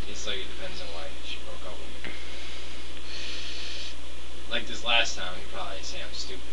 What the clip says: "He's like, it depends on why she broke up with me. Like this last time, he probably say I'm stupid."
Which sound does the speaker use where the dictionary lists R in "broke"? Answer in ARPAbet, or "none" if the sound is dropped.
R